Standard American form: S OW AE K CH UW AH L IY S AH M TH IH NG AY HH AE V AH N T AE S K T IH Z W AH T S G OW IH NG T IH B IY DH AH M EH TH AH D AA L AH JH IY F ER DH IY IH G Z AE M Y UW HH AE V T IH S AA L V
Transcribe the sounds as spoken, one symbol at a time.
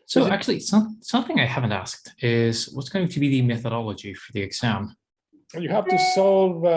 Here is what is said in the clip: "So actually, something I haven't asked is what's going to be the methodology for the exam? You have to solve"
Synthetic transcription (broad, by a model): S OW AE K CH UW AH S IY S AH M TH IH NG AY HH AE V AH N T AE S K T IH Z W AH T S G OW IH NG T IH B IY DH AH M EH TH AH D AA L AH JH IY F ER DH IY IH G Z AE M Y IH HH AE F T IH S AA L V